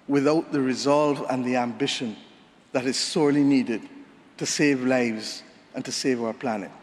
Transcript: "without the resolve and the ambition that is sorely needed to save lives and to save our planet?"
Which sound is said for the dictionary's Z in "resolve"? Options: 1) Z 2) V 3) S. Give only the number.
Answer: 1